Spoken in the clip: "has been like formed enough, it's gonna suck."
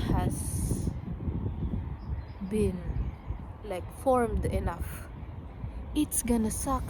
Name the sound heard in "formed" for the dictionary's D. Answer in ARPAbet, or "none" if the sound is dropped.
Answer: D